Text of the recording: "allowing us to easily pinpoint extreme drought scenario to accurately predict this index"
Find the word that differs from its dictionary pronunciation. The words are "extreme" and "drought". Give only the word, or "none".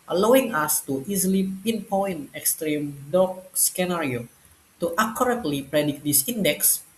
drought